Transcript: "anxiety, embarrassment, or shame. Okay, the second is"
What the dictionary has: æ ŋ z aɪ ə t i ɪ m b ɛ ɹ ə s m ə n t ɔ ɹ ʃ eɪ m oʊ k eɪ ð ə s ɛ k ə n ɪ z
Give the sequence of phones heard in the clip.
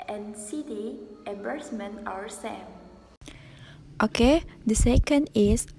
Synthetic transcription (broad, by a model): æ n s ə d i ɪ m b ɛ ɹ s m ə n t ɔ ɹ s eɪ m oʊ k eɪ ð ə s ɛ k ə n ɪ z